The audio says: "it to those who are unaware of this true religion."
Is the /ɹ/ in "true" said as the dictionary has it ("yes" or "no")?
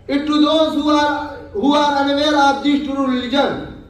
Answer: no